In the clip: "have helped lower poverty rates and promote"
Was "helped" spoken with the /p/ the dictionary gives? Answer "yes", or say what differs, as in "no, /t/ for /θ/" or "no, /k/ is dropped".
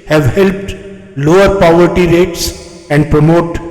yes